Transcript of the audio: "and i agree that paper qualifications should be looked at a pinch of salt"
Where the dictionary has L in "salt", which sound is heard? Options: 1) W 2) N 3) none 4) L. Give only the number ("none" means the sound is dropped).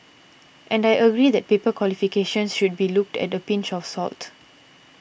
4